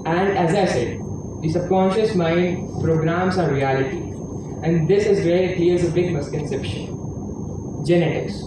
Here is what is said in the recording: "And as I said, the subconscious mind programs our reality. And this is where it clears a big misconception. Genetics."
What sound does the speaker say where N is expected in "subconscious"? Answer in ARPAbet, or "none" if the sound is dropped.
N